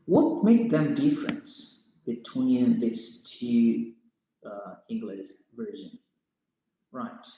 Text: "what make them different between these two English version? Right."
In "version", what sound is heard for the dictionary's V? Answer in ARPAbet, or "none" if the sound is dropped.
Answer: V